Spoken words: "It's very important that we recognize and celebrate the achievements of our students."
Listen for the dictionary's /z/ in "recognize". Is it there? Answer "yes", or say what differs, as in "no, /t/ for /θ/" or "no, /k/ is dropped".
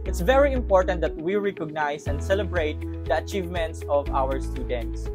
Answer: no, /s/ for /z/